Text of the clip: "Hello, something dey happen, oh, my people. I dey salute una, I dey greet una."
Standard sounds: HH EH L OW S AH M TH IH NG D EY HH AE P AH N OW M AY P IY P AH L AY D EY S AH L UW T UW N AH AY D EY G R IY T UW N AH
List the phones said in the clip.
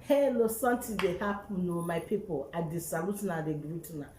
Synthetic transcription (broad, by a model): HH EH L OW S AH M T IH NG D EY HH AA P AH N OW M AY P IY P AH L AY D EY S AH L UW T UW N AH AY D EY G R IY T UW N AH